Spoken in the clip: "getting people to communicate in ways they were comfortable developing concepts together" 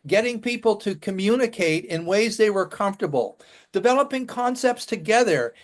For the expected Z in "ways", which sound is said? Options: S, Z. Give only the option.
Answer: Z